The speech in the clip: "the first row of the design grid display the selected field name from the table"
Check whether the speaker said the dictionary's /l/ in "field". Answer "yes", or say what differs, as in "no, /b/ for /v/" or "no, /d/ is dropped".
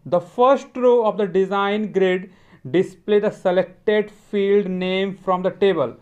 yes